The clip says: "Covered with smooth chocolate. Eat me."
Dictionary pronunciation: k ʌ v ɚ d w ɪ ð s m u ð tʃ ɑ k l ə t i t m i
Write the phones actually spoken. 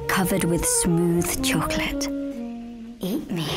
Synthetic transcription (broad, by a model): k ʌ v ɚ d w ɪ ð s m u ð tʃ ɑ k l ə t i t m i